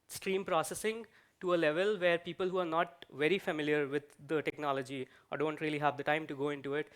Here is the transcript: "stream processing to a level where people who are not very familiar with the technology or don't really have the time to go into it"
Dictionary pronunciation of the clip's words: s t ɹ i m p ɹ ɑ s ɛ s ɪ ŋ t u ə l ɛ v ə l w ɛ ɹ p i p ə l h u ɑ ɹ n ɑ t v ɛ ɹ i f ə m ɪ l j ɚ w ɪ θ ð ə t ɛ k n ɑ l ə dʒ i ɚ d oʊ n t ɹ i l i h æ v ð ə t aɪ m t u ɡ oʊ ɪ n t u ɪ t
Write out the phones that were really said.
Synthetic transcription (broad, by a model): s t ɹ i m p ɹ ɑ s ɛ s ɪ ŋ t u ə l ɛ v ə l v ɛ ɹ p i p ə l h u ɑ ɹ n ɑ t v ɛ ɹ i f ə m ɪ l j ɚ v ɪ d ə t ɛ k n ɑ l ə dʒ i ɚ d oʊ n t ɹ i l i h æ v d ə t aɪ m t u ɡ oʊ ɪ n t u ɪ t